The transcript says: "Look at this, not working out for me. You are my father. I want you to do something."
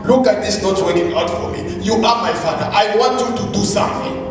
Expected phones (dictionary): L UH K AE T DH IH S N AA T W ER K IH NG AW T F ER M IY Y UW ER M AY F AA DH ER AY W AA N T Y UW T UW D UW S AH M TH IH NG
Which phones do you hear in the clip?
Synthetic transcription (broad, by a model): L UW K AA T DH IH S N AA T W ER IH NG AW T F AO M IY Y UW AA M AY F AA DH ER AY W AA N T Y UW T UW D UW S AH M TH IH NG